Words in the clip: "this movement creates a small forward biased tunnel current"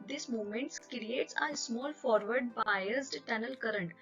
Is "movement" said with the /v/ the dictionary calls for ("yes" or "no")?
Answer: no